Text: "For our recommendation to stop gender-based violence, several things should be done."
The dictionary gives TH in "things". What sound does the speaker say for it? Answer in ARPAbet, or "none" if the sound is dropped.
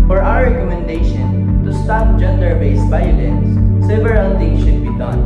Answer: T